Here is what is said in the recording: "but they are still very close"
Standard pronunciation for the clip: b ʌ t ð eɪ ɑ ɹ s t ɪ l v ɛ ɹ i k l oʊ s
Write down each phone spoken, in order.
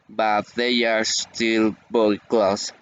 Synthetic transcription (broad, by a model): b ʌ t ð eɪ ɑ ɹ s t ɪ l b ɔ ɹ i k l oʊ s